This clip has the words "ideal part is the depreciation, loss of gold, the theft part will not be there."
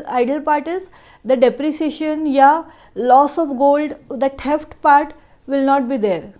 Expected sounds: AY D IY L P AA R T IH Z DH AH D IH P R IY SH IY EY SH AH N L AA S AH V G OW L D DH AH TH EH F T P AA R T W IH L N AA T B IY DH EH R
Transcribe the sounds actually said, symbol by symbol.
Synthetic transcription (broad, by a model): AY D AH L P AA R T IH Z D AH D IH P R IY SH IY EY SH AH N L AA S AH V G OW L D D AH T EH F T P AA R T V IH L N AA T B IY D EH R